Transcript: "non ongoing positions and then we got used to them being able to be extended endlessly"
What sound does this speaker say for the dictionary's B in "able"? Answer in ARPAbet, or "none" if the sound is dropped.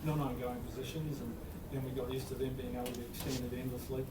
none